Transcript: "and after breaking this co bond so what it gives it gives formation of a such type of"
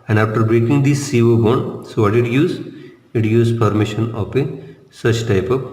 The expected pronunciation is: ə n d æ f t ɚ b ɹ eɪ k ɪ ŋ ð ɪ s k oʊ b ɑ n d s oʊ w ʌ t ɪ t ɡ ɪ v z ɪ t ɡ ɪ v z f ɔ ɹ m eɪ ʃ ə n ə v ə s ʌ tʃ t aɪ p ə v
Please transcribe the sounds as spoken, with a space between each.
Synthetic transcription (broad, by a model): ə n d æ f t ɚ b ɹ eɪ k ɪ ŋ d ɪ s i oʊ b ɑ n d s oʊ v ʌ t ɪ t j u z ɪ t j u z p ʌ ɹ m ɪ ʃ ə n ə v ə s ʌ tʃ t aɪ p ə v